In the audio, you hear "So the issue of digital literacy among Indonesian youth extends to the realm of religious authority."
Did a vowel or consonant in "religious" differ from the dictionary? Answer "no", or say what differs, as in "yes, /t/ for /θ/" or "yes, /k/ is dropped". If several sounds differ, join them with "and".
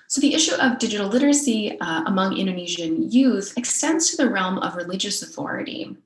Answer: no